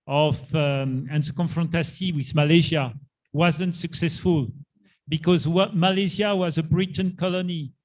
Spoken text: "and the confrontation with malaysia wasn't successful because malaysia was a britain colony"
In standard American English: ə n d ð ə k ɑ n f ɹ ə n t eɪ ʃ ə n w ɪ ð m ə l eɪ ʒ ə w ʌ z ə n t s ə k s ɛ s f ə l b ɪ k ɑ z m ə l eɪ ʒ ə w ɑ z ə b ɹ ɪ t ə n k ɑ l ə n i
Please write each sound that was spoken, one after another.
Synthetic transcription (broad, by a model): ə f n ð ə k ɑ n f ɹ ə n t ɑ s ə w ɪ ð m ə l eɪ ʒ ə w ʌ z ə n t s ə k s ɛ s f ə l b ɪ k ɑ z m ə l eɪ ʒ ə w ɑ z ə b ɹ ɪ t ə n k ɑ l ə n i